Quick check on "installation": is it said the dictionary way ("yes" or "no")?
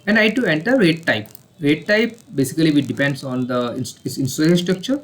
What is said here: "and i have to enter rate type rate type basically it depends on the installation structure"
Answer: no